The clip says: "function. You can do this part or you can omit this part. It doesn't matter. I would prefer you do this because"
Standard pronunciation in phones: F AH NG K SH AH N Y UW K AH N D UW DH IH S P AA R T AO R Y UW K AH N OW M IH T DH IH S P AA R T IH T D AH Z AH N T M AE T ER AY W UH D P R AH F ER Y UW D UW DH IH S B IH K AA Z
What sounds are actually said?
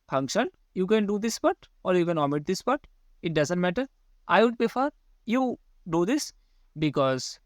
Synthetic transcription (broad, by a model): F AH NG K SH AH N Y UW K AH N D UW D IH S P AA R T AO R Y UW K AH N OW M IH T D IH S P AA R T IH T D AH Z AH N T M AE T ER AY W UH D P AH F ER Y UW D UW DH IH S B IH K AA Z